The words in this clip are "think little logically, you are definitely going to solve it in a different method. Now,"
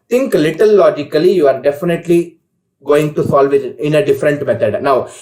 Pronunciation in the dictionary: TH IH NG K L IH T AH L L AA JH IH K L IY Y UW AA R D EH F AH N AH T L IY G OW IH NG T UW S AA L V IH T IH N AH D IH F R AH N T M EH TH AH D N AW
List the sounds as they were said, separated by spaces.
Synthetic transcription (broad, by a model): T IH NG K L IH T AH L L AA JH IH K L IY Y UW AA R D EH F AH N AH T L IY G OW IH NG T UW S AA L V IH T IH N AH D IH F R AH N T M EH T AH D N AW